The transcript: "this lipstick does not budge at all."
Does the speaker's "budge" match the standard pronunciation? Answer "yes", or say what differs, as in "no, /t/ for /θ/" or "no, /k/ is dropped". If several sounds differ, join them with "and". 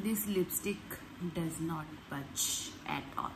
no, /tʃ/ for /dʒ/